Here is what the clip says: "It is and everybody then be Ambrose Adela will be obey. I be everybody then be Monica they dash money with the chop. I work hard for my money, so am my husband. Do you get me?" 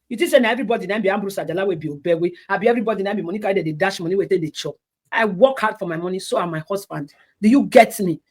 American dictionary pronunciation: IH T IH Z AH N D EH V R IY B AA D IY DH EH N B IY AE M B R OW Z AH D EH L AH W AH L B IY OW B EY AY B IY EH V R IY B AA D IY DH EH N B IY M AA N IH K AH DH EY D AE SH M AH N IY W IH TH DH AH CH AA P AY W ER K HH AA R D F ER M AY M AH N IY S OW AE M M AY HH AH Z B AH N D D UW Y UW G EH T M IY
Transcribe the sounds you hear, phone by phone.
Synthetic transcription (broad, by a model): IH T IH S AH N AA EH V R IY B AA D IY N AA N B IY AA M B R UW S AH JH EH L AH W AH B IY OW B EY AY B IY EH V R IY B AA D IY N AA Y B IY M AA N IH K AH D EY D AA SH M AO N IY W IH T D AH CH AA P AY W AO K HH AA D F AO M AY M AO N IY S OW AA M M AY HH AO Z B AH N D D UW Y UW G EH T M IY